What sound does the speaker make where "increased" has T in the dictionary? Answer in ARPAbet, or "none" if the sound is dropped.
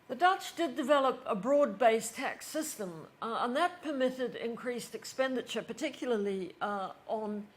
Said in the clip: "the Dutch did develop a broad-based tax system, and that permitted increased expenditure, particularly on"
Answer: T